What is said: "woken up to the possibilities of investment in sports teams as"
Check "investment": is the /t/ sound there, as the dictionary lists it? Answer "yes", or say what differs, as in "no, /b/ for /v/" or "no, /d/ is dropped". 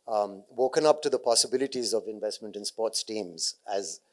yes